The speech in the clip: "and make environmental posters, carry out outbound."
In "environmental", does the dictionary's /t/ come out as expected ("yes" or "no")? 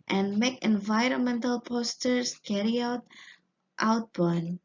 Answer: yes